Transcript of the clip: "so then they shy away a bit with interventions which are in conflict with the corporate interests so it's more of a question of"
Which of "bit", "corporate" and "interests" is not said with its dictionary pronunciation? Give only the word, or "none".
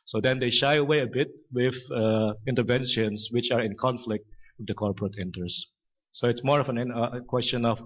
interests